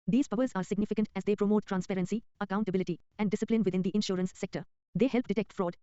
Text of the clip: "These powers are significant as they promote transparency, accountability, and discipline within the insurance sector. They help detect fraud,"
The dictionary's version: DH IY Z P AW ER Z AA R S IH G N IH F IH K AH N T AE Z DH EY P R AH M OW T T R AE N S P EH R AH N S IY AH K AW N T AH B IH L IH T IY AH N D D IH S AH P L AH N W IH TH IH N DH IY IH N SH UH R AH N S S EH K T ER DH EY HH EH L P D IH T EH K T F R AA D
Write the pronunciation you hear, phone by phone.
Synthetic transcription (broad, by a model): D IY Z P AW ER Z AA R S IH G N IH F IH K AH N T AE Z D EY P R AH M OW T T R AE N S P EH R AH N S IY AH K AW N T AH B IH L IH T IY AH N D D IH S AH P L AH N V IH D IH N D IY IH N SH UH R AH N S S EH K T ER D EY HH EH L P D IH T EH K T F R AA D